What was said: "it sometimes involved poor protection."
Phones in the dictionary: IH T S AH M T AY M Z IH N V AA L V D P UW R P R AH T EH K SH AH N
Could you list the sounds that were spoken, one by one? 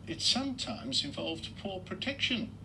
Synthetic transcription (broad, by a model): IH T S AH M T AY M Z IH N V AA L V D P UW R P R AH T EH K SH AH N